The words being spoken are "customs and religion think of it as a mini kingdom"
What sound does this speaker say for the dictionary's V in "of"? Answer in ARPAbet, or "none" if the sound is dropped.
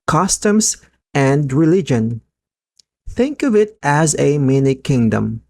V